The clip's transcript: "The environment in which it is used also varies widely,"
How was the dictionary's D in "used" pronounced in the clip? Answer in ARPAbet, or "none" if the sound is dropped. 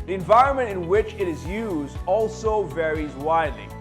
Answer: D